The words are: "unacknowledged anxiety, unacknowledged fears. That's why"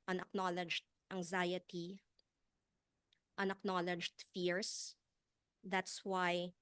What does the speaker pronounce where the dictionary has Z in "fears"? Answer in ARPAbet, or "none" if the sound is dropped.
S